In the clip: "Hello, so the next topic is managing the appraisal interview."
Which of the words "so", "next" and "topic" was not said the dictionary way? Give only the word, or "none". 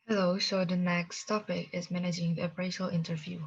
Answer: so